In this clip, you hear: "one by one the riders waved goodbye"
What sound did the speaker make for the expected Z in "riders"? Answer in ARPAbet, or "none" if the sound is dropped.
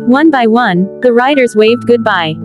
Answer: Z